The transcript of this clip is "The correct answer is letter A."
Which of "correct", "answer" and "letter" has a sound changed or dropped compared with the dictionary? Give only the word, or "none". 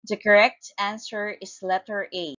none